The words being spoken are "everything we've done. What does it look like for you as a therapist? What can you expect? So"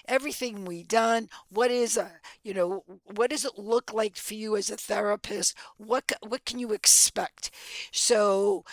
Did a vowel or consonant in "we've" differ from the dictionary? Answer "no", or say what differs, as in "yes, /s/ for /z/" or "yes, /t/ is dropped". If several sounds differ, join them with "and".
yes, /w/ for /v/